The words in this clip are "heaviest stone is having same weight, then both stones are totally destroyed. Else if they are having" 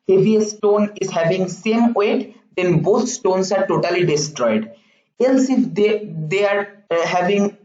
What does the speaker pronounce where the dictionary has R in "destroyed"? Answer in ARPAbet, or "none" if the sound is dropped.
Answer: R